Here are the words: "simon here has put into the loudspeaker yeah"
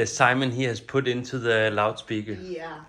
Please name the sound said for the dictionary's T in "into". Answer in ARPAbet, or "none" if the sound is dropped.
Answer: S